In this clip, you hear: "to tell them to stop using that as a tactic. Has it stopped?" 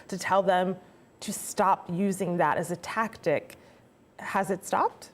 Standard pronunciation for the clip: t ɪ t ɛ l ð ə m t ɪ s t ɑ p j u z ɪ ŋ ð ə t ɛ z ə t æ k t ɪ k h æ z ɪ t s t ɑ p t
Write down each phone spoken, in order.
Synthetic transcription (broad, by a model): t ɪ t ɛ l ð ə m t ɪ s t ɑ p j u z ɪ ŋ ð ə t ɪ z ə t æ k t ɪ k h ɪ z ɪ t s t ɑ p t